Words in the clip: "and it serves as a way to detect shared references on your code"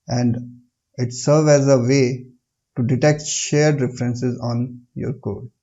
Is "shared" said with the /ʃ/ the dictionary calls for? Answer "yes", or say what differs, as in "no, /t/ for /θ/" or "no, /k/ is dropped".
yes